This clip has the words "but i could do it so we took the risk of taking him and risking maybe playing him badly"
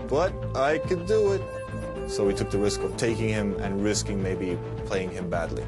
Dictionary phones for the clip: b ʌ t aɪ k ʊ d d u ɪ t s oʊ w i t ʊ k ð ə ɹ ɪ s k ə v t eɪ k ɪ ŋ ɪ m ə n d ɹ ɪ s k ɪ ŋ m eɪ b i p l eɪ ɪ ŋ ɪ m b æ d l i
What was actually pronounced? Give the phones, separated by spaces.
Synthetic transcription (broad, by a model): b ʌ t aɪ k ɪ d d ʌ ɪ t s oʊ w i t ʊ k ð ə ɹ ɪ s k ə v t eɪ k ɪ ŋ ɪ m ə n ɹ ɪ s k ɪ ŋ m eɪ b i p l eɪ ɪ ŋ ɪ m b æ d l i